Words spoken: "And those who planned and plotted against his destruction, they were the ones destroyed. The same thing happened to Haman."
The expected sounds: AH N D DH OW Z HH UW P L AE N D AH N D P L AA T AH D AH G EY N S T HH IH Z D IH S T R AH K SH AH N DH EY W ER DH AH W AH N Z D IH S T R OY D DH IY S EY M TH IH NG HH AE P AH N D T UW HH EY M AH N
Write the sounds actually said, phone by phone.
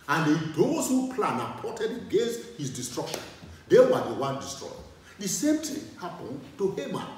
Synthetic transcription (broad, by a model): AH N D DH OW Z HH UW P L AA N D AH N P AA T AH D AH G EY N S T HH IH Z D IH S T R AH K SH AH N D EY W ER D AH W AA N D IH S T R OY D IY S EY M T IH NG HH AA P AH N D T UW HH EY M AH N